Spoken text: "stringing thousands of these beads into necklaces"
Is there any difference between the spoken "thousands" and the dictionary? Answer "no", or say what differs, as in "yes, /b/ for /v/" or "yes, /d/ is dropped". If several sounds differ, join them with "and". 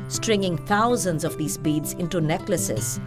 yes, /t/ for /θ/